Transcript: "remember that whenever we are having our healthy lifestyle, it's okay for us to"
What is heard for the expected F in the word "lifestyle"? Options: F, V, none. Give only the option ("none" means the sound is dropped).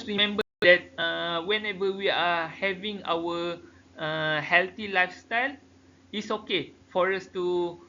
F